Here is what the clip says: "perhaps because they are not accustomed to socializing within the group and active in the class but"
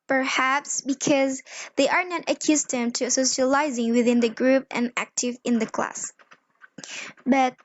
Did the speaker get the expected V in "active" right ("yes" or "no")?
yes